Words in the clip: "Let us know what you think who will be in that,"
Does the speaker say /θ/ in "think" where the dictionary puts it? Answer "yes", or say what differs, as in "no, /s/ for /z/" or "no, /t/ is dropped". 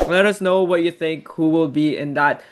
yes